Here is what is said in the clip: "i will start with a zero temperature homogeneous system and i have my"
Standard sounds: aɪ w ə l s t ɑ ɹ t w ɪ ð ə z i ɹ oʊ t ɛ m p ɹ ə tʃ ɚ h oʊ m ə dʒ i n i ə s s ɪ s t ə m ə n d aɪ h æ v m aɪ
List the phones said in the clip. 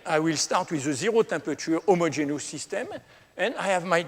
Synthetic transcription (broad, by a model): aɪ w ə l s t ɑ ɹ t w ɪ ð ə z i ɹ oʊ t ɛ p ə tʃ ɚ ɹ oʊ m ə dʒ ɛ n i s s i s t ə m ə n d aɪ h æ v m aɪ